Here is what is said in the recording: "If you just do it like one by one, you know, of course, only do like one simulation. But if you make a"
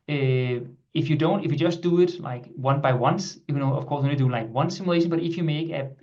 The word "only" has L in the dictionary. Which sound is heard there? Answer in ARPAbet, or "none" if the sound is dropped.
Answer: none